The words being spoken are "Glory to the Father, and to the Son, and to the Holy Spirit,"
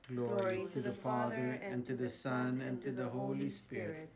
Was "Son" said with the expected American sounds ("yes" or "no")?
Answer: yes